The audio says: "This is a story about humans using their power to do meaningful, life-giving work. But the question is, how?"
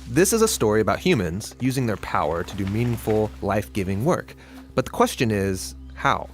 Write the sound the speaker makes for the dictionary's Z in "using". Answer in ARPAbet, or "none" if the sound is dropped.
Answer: Z